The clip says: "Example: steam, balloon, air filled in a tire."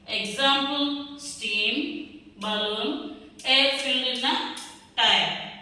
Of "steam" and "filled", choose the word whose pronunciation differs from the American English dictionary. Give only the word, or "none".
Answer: filled